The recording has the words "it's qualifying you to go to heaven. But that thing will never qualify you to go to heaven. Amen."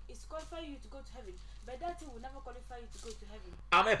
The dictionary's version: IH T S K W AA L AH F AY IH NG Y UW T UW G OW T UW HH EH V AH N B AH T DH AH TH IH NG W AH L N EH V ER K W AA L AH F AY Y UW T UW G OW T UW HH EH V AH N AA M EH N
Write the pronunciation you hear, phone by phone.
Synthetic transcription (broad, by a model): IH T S K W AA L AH F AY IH Y UW T UW G OW T UW HH EH V AH N B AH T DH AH T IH W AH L N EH V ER K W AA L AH F AY Y UW T UW G OW T UW HH EH V AH N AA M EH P